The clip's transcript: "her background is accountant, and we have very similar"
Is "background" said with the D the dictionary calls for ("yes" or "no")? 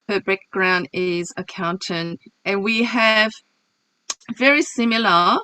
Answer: yes